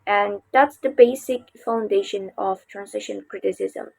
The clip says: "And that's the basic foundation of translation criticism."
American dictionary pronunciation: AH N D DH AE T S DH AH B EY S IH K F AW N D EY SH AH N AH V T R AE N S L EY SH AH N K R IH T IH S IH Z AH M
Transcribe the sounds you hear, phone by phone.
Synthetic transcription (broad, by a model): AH N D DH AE T S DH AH B EY S IH K F AW N D EY SH AH N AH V T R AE N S IH SH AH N K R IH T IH S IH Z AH M